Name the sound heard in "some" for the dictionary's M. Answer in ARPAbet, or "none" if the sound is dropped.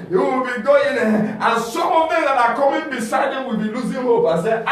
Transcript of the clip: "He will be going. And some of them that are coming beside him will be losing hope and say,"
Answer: none